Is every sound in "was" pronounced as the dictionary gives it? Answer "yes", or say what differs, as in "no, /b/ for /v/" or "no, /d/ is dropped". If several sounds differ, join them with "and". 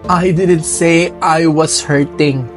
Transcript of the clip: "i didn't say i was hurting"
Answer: no, /s/ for /z/